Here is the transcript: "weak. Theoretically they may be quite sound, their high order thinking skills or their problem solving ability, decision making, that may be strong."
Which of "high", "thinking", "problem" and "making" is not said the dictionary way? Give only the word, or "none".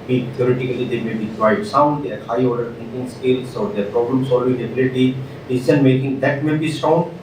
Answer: thinking